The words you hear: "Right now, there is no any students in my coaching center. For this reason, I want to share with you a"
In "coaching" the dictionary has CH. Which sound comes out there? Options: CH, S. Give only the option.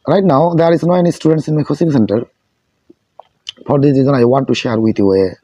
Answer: S